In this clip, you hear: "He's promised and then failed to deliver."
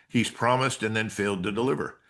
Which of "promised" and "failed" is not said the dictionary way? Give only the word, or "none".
none